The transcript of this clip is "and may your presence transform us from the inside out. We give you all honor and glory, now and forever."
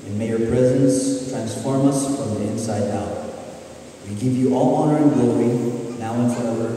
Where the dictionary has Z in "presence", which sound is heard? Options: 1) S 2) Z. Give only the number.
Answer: 2